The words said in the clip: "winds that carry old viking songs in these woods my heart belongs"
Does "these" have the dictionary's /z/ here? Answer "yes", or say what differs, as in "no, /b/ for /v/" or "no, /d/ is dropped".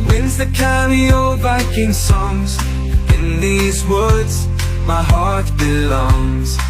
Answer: yes